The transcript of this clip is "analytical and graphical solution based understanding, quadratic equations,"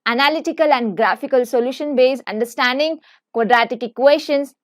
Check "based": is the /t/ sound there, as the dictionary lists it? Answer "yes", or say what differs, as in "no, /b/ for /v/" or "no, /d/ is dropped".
no, /t/ is dropped